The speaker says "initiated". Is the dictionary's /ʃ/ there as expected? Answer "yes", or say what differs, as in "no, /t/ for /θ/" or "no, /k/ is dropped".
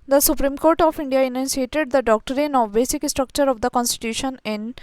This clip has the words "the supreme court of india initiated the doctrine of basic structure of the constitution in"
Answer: no, /s/ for /ʃ/